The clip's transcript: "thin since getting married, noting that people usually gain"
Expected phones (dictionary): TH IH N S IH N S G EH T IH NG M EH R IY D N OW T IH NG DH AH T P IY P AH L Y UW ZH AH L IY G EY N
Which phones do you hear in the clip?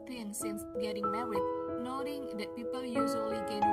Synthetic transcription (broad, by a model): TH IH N S IH N S G EH T IH NG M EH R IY N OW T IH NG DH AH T P IY P AH L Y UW Z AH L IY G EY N